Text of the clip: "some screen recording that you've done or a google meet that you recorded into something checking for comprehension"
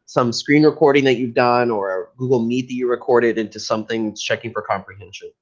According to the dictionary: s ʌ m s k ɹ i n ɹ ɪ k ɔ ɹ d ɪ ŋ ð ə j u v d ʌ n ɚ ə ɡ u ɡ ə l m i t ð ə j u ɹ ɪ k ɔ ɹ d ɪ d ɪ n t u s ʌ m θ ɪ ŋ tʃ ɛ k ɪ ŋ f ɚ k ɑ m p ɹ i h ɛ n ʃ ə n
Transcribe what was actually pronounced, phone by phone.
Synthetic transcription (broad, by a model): s ʌ m s k ɹ i n ɹ ɪ k ɔ ɹ d ɪ ŋ ð ə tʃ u v d ʌ n ɚ ə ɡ u ɡ l m i t ð ə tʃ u ɹ ɪ k ɔ ɹ d ɪ d ɪ n t u s ʌ m θ ɪ ŋ tʃ ɛ k ɪ ŋ f ɚ k ɑ m p ɹ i h ɛ n ʃ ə n